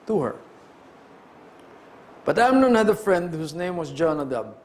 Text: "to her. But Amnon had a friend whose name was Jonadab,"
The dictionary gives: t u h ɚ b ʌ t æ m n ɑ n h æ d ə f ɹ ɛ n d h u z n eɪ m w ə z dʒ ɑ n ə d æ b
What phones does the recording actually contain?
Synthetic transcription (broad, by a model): t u h ɚ b ʌ t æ m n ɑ n h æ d ə f ɹ ɛ n d h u s n eɪ m w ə s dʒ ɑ n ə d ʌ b